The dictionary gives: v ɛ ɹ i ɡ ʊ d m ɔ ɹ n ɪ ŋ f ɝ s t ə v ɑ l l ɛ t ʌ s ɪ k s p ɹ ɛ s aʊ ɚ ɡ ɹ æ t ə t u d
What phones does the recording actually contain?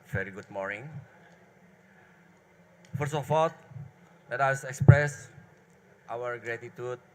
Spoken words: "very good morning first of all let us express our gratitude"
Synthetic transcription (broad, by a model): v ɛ ɹ i ɡ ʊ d m ɔ ɹ n ɪ ŋ f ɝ s ə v ɑ l l ɛ t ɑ s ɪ k s p ɹ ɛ s aʊ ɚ ɡ ɹ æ t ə t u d